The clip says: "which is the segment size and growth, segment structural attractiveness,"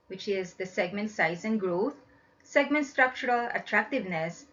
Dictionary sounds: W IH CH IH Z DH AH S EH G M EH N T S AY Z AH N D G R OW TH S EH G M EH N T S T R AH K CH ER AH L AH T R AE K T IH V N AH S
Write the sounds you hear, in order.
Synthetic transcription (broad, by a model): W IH CH IH Z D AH S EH G M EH N T S AY Z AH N G R OW T S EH G M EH N T S T R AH K CH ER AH L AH T R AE K T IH V N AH S